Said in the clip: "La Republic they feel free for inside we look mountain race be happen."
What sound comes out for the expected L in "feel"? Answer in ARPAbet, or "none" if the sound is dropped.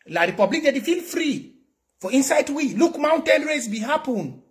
L